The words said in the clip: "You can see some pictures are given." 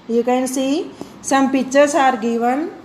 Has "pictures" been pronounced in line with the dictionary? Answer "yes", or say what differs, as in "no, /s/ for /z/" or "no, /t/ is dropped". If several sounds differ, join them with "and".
no, /k/ is dropped and /s/ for /z/